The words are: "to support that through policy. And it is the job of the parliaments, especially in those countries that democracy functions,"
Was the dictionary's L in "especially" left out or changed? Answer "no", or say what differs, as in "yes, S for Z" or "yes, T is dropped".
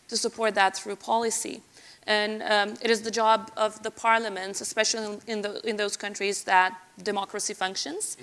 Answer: yes, N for L